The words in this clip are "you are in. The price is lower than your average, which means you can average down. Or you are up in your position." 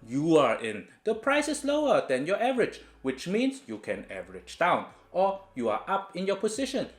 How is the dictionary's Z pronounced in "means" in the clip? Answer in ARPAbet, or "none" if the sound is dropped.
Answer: S